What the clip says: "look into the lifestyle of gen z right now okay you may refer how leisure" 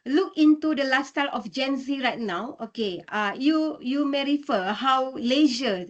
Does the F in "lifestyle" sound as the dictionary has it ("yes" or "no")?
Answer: no